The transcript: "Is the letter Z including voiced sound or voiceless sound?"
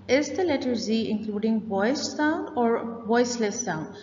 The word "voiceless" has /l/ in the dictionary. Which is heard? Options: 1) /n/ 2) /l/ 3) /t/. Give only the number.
2